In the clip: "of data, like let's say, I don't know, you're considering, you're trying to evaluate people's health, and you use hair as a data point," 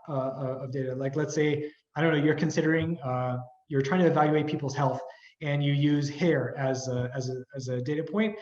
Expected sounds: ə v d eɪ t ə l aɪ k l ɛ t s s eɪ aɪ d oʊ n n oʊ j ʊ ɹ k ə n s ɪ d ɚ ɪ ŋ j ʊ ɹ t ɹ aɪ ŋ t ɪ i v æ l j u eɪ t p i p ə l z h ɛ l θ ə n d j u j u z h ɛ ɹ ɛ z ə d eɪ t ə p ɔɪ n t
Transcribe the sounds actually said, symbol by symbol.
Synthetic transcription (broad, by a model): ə v d eɪ t ə l aɪ k l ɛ t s s eɪ aɪ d oʊ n n oʊ j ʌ ɹ k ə n s ɪ d ɚ ɪ ŋ j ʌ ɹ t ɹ aɪ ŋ t ɪ v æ l j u eɪ t p i p l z h ɛ l θ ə n j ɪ j u z h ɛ ɹ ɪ z ə d eɪ t ə p ɔɪ n t